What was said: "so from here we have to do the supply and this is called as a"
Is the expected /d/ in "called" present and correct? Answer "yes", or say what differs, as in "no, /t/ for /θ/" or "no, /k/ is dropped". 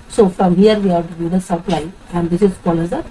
no, /d/ is dropped